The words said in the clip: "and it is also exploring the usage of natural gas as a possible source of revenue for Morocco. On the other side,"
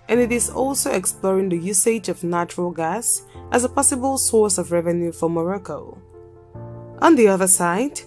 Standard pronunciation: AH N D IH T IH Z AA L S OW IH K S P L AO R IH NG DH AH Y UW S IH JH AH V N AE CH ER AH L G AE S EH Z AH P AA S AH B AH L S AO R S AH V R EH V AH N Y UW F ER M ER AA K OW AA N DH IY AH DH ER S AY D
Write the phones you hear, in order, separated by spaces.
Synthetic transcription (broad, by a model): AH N IH T IH Z AA L S OW IH K S P L AO R IH NG DH AH Y UW S IH JH AH V N AE CH ER AH L G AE S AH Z AH P AA S AH B AH L S AO R S AH V R EH V AH N Y UW F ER M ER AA K OW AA N DH IY AH DH ER S AY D